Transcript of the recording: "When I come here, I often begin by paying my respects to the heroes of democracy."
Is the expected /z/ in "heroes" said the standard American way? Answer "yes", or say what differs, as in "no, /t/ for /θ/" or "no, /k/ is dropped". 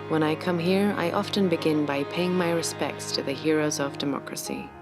yes